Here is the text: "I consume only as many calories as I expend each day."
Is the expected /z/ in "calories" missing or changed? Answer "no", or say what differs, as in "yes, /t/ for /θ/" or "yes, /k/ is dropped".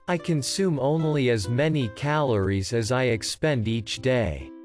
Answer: no